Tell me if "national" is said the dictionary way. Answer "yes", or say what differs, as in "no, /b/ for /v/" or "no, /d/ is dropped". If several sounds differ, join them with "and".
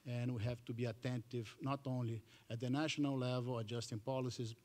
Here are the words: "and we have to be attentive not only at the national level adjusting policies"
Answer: yes